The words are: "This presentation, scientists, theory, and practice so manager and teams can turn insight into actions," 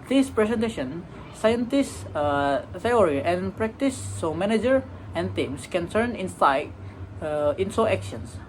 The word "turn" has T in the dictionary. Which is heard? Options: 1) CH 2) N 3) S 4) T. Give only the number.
3